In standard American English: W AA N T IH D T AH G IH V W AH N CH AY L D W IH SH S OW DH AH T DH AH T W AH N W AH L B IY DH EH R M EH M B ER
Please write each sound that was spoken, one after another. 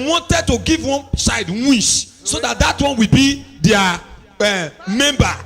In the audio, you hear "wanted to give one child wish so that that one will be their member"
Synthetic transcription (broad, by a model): W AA N T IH D T AH G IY V W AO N S AY D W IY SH S OW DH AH T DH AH T W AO N W AH L B IY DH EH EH M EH M B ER